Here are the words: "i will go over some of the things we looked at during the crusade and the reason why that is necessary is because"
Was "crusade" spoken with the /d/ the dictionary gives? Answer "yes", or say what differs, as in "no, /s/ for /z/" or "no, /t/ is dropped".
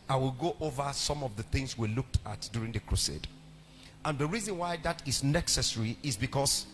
yes